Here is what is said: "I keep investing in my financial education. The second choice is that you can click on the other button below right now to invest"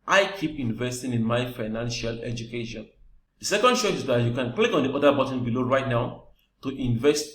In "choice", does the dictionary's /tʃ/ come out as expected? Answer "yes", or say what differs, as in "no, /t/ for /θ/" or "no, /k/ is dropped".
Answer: no, /ʃ/ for /tʃ/